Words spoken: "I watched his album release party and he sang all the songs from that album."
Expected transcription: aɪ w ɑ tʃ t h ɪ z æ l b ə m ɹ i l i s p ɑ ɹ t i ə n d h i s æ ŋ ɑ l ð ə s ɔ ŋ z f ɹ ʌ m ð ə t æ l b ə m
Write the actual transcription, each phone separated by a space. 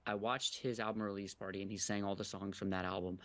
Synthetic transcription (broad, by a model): aɪ w ɑ tʃ t h ɪ z æ l b ə m ɹ i l i s p ɑ ɹ t i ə n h i s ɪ ŋ ɑ l ð ə s ɔ ŋ z f ɹ ʌ m ð ə t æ l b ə m